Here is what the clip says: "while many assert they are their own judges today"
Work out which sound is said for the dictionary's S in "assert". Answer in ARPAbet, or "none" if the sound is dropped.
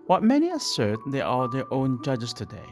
S